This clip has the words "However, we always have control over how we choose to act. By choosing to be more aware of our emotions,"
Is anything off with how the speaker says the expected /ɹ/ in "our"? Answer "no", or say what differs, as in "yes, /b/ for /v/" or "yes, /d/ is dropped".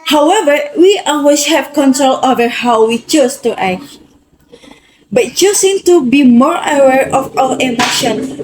yes, /l/ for /ɹ/